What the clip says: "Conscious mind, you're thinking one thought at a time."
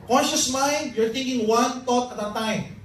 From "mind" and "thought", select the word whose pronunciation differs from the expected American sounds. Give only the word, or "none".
thought